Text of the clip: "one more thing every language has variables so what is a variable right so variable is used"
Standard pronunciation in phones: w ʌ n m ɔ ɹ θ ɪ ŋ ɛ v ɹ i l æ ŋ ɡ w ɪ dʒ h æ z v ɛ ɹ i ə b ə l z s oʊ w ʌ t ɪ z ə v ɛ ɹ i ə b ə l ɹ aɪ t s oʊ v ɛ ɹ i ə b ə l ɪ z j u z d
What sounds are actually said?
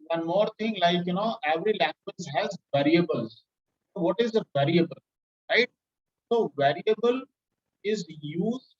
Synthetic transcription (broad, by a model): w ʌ n m ɔ ɹ t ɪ ŋ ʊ v ɹ i l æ ŋ ɡ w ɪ dʒ h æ z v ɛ ɹ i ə b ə l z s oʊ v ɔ t ɪ z ə v ɛ ɹ i ə b ə l ɹ aɪ t s oʊ v ɛ ɹ i ə b ə l ɪ z j u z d